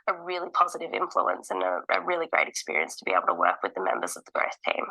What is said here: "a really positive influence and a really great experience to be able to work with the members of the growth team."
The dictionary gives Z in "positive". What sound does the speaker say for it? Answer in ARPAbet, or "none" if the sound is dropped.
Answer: Z